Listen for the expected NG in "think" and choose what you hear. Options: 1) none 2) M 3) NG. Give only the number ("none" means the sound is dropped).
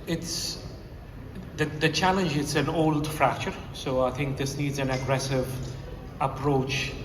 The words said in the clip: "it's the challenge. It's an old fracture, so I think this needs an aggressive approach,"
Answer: 3